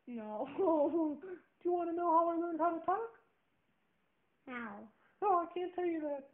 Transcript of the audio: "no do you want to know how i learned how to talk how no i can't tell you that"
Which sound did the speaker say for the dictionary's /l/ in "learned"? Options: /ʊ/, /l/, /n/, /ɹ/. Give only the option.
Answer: /n/